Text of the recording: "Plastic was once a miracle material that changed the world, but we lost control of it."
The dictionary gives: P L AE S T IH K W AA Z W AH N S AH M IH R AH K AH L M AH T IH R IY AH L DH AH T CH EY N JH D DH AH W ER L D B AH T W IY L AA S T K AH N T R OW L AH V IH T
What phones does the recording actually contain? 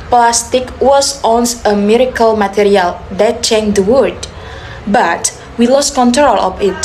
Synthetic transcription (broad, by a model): P L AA S T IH K W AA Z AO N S AH M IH R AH K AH L M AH T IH R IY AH L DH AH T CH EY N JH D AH W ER D B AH T W IY L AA S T K AH N T R OW L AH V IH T